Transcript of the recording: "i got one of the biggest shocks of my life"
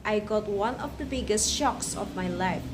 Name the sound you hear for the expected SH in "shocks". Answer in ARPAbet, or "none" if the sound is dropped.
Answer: SH